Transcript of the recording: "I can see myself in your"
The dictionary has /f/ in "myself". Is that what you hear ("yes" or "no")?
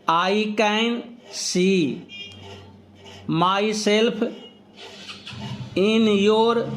no